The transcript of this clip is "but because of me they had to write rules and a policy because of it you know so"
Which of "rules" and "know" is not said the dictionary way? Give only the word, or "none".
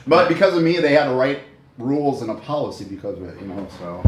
none